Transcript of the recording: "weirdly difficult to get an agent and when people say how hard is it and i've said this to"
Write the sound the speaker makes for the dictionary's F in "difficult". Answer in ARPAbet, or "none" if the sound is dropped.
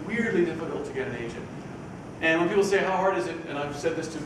P